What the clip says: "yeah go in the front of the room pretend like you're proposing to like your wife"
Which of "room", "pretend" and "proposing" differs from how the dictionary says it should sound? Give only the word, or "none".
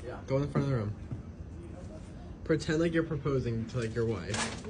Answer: none